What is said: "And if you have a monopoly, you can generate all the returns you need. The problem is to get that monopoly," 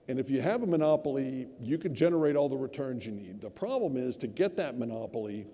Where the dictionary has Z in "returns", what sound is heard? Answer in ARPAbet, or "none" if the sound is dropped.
Z